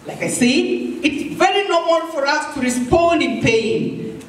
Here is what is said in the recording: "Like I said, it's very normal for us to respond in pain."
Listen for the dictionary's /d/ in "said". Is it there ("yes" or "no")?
no